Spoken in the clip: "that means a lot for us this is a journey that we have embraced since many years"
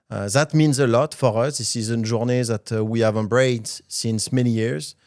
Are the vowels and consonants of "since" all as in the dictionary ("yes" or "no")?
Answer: yes